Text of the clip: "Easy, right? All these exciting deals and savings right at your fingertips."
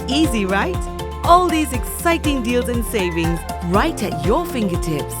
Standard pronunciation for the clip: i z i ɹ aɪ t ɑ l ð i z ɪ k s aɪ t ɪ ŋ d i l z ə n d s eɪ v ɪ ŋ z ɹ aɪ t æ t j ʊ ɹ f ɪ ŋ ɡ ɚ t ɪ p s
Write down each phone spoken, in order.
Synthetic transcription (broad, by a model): i z i ɹ aɪ t ɑ l ð i z ɪ k s aɪ t ɪ ŋ d i l z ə n s eɪ v ɪ ŋ z ɹ aɪ t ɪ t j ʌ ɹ f ɪ ŋ ɡ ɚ t ɪ p s